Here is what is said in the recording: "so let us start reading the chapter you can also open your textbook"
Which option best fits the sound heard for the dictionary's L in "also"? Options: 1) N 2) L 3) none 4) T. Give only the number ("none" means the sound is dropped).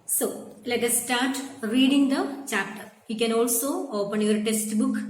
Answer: 2